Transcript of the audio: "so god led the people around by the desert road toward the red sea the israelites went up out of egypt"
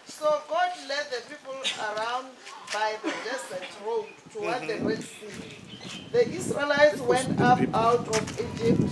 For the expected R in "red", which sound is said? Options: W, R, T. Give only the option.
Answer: W